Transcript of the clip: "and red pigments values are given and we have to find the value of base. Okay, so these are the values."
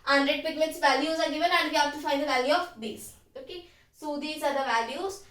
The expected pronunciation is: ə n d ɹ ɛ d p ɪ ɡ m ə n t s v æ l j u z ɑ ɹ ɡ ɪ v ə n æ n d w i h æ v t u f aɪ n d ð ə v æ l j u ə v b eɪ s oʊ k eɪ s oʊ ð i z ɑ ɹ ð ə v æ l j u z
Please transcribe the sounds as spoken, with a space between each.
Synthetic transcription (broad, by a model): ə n d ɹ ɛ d p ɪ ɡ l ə t s v æ l j u z ɑ ɹ ɡ ɪ v ə n æ n d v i h æ v t u f aɪ n d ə v æ l j u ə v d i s oʊ k eɪ s oʊ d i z ɑ ɹ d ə v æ l j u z